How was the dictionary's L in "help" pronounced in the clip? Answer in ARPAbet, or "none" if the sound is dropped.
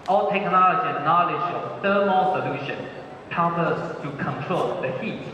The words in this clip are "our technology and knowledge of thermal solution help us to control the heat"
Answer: none